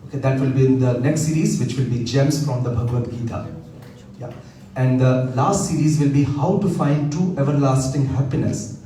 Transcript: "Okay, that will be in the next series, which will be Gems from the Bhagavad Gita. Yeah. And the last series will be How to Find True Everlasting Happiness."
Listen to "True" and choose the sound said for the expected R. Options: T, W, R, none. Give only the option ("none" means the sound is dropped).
none